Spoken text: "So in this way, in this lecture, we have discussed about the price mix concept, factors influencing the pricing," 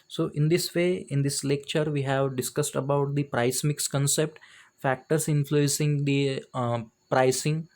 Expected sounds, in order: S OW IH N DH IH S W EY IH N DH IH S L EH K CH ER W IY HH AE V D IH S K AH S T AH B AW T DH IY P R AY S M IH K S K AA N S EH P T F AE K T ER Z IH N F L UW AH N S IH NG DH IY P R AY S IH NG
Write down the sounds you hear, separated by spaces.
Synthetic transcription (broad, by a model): S OW IH N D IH S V EY IH N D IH S L EH K CH ER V IY HH AE V D IH S K AH S T AH B AW T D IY P R AY S M IH K S K AA N S EH P T F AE K T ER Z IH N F L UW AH N S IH NG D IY P R AY S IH NG